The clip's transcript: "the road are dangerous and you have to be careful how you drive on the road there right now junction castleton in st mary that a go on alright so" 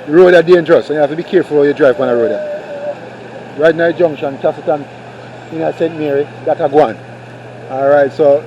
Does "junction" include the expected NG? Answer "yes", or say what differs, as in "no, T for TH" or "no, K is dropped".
yes